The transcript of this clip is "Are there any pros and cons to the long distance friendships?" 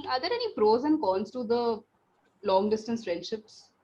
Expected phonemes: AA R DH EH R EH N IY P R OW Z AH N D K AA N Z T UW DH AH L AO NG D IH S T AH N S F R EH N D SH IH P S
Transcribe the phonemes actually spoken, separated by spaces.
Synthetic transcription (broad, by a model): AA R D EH R EH N IY F R OW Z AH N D K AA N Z T UW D AH L AO NG D IH S T AH N S F R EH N D SH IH P S